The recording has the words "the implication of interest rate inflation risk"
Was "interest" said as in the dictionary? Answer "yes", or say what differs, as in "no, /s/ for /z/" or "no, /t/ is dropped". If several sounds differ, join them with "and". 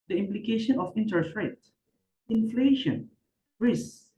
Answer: no, /ɹ/ is dropped